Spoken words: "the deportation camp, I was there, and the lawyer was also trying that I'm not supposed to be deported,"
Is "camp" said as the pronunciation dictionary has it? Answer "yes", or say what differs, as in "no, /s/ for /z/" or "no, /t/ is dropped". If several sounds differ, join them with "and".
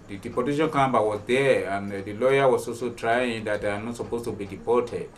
no, /b/ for /p/